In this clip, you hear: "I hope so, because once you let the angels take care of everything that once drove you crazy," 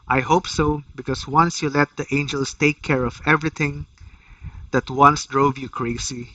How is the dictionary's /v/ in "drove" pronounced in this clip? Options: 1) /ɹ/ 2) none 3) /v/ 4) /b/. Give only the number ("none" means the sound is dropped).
3